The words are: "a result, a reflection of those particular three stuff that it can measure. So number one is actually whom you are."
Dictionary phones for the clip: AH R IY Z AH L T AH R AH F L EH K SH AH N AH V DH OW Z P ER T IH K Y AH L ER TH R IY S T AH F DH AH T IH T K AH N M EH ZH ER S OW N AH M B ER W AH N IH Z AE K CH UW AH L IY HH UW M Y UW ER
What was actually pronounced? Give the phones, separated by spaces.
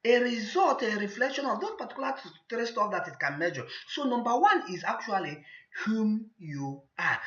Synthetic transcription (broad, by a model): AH R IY Z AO L T AH R AH F L EH K SH AH N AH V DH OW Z P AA T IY K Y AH L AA T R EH S T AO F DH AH T IH T K AH N M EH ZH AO S OW N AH M B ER W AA N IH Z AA K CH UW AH L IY HH UW M Y UW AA